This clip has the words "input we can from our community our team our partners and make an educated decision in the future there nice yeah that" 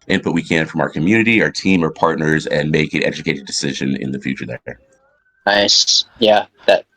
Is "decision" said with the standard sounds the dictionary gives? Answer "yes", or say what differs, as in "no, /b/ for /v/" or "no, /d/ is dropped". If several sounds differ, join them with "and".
yes